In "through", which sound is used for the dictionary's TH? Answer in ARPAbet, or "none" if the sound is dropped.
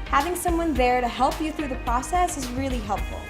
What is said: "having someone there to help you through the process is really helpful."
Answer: TH